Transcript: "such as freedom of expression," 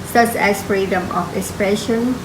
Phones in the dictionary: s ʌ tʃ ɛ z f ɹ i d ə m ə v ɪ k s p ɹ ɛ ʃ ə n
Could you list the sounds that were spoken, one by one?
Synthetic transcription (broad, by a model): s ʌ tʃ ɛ s f ɹ i d ə m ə f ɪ k s p ɹ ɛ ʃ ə n